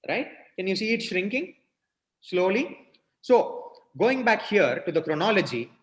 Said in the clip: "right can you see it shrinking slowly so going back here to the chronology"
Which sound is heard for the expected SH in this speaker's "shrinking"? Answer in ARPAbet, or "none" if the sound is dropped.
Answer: SH